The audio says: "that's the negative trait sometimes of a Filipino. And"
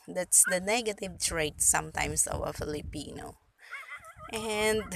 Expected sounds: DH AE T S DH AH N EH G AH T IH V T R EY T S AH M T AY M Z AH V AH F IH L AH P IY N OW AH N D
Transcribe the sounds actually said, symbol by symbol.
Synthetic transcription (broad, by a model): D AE T S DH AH N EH G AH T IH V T R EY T S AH M T AY M S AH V AH F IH L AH P IY N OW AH N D